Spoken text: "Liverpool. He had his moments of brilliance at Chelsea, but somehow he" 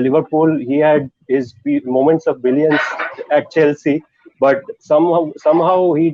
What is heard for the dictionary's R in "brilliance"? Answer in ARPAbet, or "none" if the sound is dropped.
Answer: none